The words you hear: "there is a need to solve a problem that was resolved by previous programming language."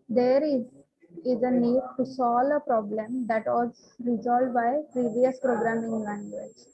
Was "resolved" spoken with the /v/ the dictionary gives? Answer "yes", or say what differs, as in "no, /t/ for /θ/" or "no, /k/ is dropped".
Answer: no, /v/ is dropped